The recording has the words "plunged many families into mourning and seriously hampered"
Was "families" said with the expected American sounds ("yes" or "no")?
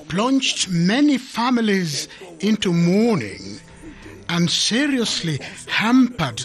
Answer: yes